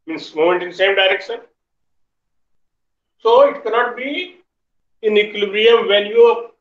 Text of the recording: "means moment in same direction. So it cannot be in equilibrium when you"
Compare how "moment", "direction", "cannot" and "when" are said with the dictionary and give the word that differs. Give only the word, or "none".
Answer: when